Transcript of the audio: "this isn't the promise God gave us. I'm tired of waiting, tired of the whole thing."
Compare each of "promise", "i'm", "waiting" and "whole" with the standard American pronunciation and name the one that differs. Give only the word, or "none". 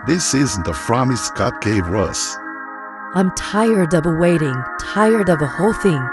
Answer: promise